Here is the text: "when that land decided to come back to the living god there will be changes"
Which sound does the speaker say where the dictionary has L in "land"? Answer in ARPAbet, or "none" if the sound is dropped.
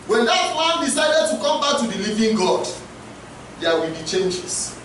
W